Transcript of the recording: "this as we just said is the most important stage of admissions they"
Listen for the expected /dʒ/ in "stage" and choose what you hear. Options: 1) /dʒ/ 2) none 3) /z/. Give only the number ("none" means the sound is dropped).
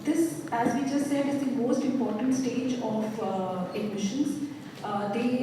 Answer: 1